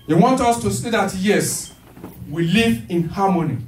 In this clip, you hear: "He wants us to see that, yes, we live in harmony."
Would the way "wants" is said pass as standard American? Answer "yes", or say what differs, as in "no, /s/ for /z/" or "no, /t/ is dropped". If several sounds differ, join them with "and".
no, /s/ is dropped